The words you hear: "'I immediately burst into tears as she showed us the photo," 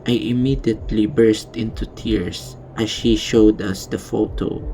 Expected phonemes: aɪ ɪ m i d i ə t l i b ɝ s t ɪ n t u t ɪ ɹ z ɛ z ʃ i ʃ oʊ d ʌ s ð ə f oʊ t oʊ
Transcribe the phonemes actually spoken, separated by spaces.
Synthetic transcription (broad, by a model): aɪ ɪ m i d i ə t l i b ɝ s t ɪ n t u t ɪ ɹ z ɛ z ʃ i ʃ oʊ d ʌ s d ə f oʊ t oʊ